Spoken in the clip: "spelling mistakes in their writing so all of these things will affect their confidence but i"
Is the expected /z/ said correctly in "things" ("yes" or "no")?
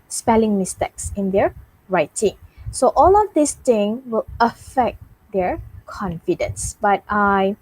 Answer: no